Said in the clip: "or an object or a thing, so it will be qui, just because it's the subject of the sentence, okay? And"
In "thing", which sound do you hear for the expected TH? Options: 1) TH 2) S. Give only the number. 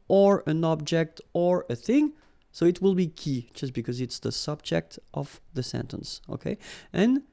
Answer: 1